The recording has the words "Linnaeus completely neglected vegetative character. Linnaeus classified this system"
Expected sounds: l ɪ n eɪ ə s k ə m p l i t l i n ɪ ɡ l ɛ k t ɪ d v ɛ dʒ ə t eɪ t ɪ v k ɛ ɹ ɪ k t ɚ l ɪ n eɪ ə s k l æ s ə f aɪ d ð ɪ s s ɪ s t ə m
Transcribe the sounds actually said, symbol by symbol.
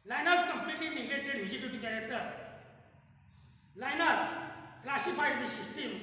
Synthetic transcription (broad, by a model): l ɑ n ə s k ə m p l i t l i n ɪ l ɛ t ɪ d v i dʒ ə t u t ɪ k ɛ ɹ ɪ k t ɚ l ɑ n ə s k l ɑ s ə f aɪ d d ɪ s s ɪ s t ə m